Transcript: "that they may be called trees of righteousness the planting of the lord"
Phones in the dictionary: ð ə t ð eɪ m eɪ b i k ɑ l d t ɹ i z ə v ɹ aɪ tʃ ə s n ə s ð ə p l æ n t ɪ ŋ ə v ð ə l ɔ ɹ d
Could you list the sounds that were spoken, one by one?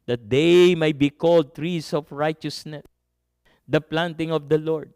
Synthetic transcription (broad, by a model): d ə t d eɪ m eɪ b i k ɑ l d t ɹ i s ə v ɹ aɪ tʃ ə s n ə s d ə p l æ n t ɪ ŋ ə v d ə l ɔ ɹ d